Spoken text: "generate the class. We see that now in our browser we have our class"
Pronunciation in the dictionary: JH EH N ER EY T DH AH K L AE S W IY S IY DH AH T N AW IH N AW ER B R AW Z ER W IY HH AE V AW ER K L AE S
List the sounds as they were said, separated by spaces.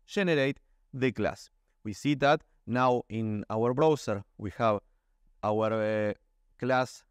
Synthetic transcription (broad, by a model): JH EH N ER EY T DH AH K L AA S W IY S IY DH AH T N AW IH N AW ER B R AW S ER W IY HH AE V AW ER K L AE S